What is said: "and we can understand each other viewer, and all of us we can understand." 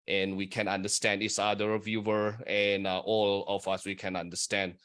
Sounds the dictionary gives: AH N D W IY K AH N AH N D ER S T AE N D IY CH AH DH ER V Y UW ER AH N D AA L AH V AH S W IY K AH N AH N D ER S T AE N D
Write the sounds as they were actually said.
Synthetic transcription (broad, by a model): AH N W IY K AH N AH N D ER S T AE N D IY S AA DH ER V Y UW ER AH N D AA L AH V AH S W IY K AH N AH N D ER S T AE N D